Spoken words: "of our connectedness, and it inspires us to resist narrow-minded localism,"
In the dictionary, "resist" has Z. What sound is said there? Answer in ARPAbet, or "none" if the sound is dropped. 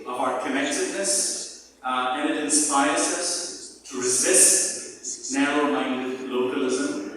Z